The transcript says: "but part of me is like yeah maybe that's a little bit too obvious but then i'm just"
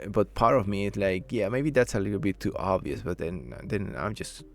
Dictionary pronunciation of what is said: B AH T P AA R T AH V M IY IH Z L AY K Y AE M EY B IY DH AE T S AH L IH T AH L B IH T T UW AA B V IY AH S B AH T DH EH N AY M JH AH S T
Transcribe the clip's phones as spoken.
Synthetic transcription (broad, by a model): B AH T P AA R T AH V M IY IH S L AY K Y AE M EY B IY DH AE T S AH L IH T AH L B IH T T AA B V IY AH S B AH T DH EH N AY M JH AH S T